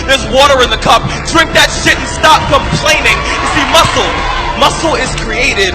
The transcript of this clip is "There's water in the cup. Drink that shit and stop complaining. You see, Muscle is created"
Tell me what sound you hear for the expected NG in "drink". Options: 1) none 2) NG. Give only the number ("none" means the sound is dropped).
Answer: 1